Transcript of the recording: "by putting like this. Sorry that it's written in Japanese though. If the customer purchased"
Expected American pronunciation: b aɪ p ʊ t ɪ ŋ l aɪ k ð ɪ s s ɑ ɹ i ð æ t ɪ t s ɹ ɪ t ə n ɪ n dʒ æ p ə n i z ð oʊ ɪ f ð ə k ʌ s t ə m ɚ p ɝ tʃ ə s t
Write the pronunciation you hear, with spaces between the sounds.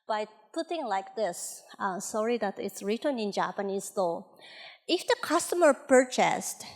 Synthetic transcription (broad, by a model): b aɪ p ʊ t ɪ ŋ l aɪ k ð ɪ s s ɑ ɹ i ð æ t ɪ t s ɹ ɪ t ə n ɪ n dʒ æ p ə n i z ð oʊ ɪ f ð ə k ʌ s t ə m ɚ p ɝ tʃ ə s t